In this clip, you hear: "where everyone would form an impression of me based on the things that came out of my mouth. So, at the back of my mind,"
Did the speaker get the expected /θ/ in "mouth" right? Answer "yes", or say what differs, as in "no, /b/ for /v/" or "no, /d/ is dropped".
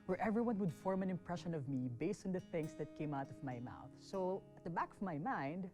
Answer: yes